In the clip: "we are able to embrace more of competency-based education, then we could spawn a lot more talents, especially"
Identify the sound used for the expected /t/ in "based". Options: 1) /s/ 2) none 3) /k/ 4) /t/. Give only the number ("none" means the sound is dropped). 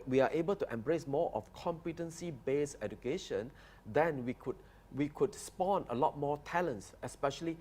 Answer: 2